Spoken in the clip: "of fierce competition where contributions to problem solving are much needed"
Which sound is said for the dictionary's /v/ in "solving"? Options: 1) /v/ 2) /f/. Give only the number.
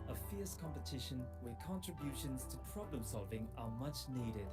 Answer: 1